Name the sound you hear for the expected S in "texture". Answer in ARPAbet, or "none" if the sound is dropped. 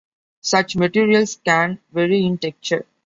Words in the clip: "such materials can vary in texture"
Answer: none